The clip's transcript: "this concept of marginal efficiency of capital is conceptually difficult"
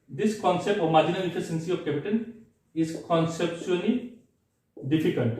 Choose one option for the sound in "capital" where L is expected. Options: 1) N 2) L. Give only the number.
1